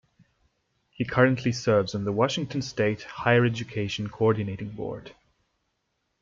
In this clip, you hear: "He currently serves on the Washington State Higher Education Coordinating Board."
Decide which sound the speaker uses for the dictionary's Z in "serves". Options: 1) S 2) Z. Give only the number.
2